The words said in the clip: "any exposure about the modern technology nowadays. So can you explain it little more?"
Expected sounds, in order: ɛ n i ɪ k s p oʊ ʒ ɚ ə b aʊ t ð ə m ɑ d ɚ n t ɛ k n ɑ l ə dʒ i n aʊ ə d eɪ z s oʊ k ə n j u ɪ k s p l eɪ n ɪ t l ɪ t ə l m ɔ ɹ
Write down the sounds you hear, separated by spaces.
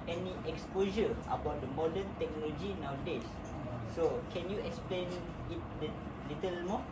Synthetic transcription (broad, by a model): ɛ n i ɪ k s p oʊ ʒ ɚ ə b aʊ t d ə m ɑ d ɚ n t ɛ k n ɑ l ə dʒ i n aʊ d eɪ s s oʊ k ə n j u ɪ k s p l eɪ n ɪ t l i t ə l m ɔ